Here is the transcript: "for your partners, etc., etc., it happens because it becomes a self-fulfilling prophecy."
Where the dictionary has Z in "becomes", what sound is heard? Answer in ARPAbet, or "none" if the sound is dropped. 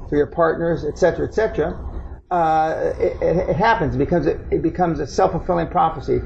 Z